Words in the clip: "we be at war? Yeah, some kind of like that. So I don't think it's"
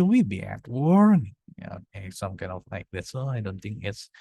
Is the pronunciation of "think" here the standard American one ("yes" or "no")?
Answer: yes